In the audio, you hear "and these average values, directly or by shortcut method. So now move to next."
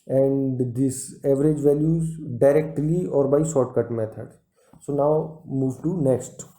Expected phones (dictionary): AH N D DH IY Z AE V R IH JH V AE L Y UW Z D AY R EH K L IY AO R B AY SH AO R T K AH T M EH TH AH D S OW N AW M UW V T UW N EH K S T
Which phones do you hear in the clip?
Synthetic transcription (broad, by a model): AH N D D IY S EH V R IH JH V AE L Y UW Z D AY R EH K L IY AO R B AY S AO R T K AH T M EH T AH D S OW N AW M UW V T UW N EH K S T